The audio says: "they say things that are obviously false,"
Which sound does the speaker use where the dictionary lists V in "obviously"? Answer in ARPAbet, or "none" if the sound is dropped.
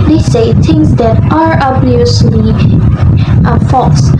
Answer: none